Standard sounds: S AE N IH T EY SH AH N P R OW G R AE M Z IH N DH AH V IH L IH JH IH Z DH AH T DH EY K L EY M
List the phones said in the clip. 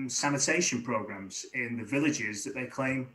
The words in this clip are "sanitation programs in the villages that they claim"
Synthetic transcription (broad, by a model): S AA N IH T EY SH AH N P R OW G R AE M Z IH N DH AH V IH L IH JH IH Z DH AH T DH EY K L EY M